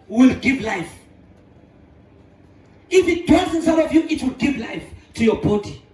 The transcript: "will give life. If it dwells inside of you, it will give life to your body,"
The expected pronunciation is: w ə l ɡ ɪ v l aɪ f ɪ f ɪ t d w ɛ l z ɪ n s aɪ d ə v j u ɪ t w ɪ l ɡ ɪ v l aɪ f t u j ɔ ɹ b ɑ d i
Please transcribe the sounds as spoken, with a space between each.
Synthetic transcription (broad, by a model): w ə l ɡ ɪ v l aɪ f ɪ f ɪ t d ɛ z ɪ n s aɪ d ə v j u ɪ t w ɪ l ɡ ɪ v l aɪ f t u j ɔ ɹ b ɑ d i